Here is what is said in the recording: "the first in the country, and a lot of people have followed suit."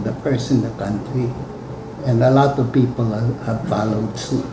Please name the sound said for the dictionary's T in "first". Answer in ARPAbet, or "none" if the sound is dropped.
none